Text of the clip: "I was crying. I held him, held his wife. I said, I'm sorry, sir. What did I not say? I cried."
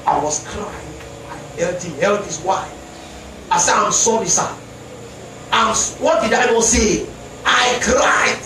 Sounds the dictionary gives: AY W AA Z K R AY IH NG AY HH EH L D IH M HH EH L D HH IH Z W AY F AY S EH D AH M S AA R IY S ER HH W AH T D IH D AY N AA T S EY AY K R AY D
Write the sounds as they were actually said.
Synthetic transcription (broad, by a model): AY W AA S K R AY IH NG AY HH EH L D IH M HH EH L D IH S W AY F AY S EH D AH M S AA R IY S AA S W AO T D IH D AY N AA S EY AY K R AY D